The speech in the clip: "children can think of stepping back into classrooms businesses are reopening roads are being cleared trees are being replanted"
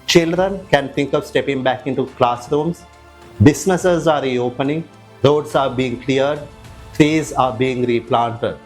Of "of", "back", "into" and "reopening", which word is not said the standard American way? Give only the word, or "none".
none